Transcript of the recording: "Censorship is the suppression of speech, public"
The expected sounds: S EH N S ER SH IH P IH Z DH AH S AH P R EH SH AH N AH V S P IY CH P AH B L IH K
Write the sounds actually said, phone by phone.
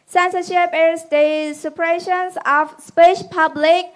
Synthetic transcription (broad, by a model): S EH N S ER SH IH P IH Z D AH S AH P R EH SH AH N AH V S P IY SH P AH B L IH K